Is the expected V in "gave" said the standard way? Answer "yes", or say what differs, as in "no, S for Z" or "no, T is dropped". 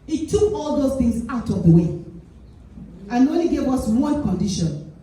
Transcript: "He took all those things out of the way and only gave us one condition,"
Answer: no, W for V